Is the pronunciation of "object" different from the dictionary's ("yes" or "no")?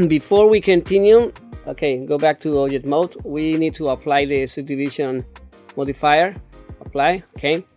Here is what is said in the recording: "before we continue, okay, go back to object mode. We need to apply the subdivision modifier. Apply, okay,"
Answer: yes